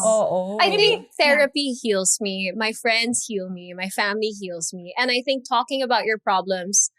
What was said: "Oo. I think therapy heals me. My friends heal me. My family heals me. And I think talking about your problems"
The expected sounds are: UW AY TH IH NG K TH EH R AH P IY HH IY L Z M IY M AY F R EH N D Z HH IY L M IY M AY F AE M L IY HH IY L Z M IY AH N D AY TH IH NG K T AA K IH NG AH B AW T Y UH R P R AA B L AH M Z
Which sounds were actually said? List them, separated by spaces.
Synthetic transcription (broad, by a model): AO AY TH IH NG K TH EH R AH P IY HH IY L Z M IY M AY F R EH N D Z HH IY L M IY M AY F AE M L IY HH IY L Z M IY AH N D AY TH IH NG K T AA K IH NG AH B AW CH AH R P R AA B L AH M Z